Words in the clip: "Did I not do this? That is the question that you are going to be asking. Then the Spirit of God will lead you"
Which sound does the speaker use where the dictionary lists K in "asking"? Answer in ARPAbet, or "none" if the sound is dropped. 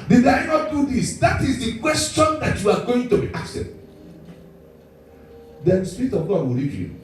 none